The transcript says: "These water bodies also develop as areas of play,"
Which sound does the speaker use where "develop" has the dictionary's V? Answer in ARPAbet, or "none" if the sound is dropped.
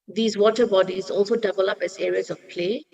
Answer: B